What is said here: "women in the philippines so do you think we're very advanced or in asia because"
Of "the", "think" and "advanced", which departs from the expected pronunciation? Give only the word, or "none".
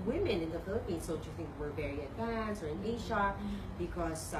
advanced